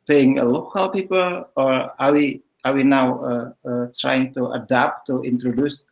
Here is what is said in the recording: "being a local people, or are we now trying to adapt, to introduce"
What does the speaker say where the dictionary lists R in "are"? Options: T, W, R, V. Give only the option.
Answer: W